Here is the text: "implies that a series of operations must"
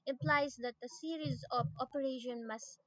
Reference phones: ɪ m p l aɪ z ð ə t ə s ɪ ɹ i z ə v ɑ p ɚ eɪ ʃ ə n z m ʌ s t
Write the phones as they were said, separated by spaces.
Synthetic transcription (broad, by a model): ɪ m p l aɪ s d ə t ə s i ɹ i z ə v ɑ p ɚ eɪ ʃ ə n m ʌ s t